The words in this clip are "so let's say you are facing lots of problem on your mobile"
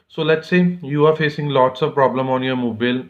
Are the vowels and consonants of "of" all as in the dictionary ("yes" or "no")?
yes